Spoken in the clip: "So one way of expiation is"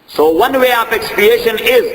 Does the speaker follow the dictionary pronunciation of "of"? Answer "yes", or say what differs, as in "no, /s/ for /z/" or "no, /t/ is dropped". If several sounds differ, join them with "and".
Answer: no, /p/ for /v/